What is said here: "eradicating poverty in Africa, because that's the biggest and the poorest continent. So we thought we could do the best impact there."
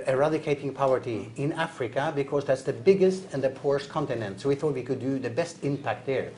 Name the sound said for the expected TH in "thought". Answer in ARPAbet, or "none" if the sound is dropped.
TH